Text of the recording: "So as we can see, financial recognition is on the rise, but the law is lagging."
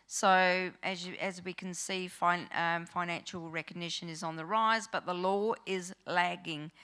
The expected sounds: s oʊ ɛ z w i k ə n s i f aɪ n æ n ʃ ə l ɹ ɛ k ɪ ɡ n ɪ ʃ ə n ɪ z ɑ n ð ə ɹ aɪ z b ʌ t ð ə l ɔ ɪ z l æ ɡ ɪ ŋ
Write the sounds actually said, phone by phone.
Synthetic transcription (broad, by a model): s oʊ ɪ z w i k ə n s i f aɪ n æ n ʃ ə l ɹ ɛ k ɪ ɡ n ɪ ʃ ə n ɪ z n ð ə ɹ aɪ z b ʌ t ð ə l ɔ ɪ z l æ ɡ ɪ ŋ